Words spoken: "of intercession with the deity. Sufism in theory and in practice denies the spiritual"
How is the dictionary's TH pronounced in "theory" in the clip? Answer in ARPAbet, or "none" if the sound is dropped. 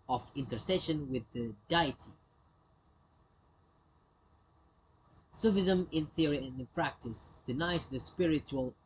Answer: TH